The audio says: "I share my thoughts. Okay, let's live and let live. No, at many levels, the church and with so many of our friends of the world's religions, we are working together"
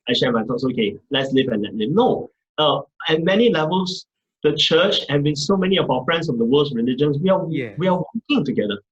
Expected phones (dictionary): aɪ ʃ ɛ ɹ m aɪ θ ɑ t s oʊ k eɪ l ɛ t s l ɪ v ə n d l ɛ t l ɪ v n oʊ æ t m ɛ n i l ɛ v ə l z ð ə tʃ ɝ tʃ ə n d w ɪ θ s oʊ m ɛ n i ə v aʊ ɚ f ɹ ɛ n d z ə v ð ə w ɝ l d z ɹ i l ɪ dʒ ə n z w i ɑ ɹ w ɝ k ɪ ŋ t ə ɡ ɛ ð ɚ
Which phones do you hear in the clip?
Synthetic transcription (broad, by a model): aɪ ʃ ɛ m aɪ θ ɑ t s oʊ k eɪ l ɛ t s l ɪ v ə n l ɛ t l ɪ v n oʊ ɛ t m ɛ n i l ɛ v ə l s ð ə tʃ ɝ tʃ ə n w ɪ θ s oʊ m ɛ n i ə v aʊ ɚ f ɹ ɛ n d s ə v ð ə w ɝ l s ɹ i l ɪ dʒ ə n s w i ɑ w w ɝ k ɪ ŋ t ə ɡ ɛ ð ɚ